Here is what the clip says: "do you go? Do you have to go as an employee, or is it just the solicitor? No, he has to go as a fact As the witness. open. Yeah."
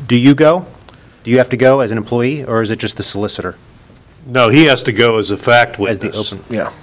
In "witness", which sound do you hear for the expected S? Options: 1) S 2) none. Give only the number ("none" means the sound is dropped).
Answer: 2